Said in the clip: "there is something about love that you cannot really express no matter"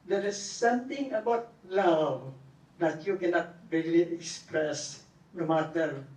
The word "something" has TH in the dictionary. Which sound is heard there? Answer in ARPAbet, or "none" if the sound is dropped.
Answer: T